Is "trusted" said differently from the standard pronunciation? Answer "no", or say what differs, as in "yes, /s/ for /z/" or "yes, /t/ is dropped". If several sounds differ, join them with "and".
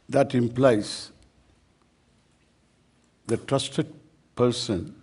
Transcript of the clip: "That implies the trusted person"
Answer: no